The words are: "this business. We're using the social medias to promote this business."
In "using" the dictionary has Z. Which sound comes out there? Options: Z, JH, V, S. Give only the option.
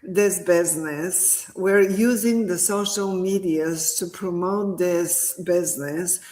Z